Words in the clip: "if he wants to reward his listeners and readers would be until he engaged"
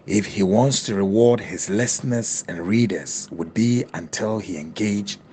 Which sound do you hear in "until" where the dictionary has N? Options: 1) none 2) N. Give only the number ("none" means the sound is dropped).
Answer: 2